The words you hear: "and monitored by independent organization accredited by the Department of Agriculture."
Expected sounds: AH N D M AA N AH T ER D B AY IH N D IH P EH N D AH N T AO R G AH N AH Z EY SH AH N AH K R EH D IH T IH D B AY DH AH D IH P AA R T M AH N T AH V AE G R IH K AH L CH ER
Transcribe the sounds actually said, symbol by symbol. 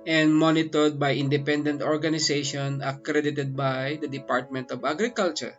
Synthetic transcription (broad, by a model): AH N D M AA N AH T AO D B AY IH N D IH P EH N D AH N T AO R G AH N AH S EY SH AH N AH K R EH D IH T IH D B AY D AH D IH P AA R T M AH N T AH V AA G R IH K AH L CH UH